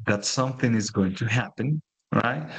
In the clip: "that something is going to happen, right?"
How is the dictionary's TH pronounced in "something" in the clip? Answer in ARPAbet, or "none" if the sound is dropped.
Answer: TH